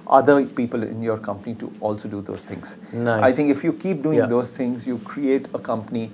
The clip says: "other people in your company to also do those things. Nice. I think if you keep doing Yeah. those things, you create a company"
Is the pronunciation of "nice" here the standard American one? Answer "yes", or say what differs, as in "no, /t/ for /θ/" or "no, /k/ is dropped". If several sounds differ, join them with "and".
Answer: no, /s/ is dropped